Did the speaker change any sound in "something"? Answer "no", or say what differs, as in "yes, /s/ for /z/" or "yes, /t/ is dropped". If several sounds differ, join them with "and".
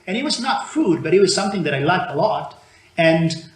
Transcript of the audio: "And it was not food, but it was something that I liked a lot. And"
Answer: no